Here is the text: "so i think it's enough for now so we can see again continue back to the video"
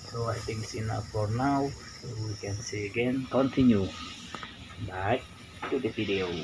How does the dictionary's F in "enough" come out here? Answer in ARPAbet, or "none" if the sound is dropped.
P